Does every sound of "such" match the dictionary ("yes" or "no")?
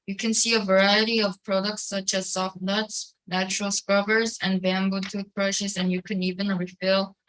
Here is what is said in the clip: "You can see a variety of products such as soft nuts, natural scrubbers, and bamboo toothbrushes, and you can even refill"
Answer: yes